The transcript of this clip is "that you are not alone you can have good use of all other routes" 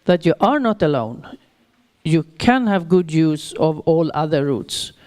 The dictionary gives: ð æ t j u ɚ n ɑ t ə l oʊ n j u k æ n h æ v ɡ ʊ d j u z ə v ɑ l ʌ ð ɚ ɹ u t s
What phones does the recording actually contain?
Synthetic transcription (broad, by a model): ð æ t j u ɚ n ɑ t ə l oʊ n j u k æ n h æ v ɡ ʊ d j u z ə v ɑ l ʌ ð ɚ ɹ u t s